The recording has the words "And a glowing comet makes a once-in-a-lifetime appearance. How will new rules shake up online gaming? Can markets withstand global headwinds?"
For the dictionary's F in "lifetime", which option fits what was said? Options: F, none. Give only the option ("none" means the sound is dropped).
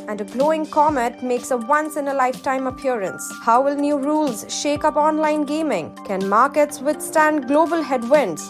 F